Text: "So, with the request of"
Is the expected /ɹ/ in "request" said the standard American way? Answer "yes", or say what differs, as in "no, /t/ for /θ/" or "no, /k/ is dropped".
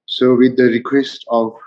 yes